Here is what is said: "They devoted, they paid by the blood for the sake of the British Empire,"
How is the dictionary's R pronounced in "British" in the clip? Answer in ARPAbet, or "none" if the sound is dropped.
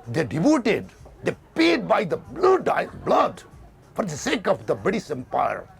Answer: none